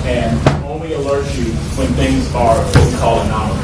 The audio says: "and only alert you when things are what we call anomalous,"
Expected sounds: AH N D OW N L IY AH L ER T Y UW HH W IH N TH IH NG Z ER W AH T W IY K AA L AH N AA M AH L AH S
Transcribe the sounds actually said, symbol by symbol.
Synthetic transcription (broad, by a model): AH N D OW N L IY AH L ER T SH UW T W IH N TH IH NG Z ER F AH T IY K AA L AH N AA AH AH